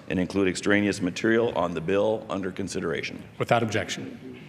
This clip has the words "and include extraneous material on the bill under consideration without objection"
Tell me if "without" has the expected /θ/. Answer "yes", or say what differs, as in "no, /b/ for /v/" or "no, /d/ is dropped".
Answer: yes